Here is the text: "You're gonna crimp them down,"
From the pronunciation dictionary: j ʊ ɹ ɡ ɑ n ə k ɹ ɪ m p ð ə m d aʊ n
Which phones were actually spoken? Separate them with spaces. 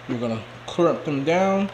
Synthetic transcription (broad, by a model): j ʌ ɹ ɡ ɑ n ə k ɹ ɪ p ð ə m d aʊ n